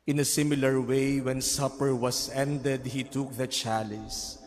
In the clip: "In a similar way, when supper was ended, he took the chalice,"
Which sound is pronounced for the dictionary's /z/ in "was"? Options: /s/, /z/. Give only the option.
/s/